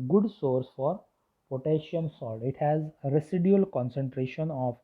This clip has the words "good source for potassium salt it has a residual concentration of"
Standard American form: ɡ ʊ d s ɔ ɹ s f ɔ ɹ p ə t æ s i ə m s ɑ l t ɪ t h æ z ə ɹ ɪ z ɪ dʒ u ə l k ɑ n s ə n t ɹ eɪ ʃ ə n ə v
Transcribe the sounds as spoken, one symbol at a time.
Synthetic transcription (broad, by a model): ɡ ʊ d s ɔ ɹ s f ɔ ɹ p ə t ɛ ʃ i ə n s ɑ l ɪ t h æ z ɹ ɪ s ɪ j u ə l k ɑ n s ə n t ɹ eɪ ʃ ə n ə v